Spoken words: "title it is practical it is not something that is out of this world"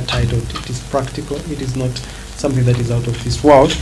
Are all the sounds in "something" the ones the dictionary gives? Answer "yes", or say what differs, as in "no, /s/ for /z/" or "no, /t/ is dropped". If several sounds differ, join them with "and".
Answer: yes